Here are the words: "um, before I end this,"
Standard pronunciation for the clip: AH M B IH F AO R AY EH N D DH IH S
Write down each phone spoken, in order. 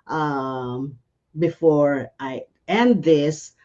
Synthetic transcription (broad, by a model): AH M B IH F AO R AY EH N D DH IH S